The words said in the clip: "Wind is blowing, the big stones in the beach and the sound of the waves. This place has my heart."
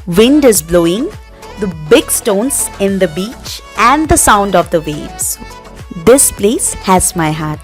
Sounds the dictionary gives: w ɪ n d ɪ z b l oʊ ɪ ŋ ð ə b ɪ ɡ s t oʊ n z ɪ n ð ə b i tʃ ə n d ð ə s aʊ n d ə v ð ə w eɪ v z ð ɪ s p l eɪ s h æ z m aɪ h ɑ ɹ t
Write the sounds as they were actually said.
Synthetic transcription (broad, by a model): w ɪ n d ɪ z b l oʊ ɪ ŋ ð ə b ɪ ɡ s t oʊ n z ɪ n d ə b i tʃ ə n d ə s aʊ n d ə v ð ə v eɪ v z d ɪ s p l eɪ s h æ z m aɪ h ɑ ɹ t